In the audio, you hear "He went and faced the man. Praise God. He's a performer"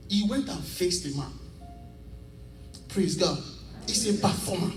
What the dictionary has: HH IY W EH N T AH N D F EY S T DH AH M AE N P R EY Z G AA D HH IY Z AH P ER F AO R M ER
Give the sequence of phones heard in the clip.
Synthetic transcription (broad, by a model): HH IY W EH N T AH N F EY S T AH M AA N P R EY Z G AA D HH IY S AH P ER F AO M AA